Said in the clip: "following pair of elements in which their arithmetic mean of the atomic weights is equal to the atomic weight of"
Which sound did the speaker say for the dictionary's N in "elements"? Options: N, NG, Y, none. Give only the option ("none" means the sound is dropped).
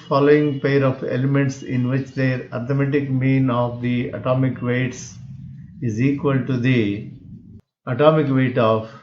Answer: N